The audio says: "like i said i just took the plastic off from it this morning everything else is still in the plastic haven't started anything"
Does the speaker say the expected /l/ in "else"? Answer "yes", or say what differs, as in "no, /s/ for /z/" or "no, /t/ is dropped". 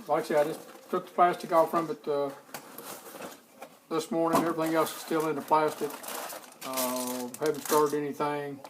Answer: no, /l/ is dropped